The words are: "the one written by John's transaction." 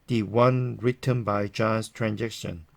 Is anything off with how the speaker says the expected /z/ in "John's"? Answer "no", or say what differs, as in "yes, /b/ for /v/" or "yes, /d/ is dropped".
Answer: yes, /s/ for /z/